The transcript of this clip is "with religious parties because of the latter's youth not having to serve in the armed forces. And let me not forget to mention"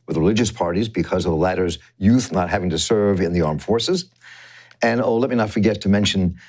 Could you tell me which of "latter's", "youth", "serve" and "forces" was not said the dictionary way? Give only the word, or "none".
none